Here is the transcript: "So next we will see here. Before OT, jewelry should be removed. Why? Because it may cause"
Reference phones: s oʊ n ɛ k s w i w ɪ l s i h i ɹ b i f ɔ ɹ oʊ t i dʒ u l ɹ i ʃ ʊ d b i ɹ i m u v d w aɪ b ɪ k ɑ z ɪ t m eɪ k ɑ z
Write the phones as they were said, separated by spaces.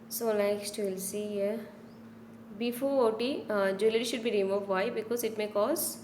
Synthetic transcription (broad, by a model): s oʊ l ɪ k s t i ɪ l s i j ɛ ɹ b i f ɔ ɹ oʊ t i dʒ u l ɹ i ʃ ʊ d b i ɹ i m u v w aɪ b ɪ k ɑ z ɪ t m eɪ k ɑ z